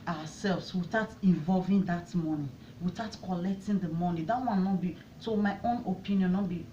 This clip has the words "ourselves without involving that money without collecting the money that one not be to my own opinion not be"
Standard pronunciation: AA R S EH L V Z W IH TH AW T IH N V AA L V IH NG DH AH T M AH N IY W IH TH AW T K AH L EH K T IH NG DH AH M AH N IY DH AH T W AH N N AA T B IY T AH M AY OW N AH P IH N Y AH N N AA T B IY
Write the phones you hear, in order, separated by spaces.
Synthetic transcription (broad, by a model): AA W S EH L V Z W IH S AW T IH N V AA L V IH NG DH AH T M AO N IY W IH T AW T K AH L EH K T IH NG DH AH M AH N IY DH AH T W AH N N AA T B IY S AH M AY OW N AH P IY N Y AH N N AA T B IY